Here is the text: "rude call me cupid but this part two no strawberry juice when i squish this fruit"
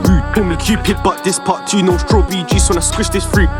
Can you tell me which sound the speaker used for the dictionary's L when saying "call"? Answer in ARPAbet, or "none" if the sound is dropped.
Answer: N